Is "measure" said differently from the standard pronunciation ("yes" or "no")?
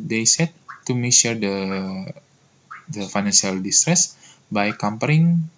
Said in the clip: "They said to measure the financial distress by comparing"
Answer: yes